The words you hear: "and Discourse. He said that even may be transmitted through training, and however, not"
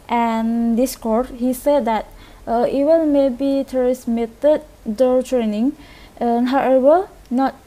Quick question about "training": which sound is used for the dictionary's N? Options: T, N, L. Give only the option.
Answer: N